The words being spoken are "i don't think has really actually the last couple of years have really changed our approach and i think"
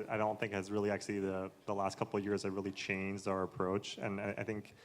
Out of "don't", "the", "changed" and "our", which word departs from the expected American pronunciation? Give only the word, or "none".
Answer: none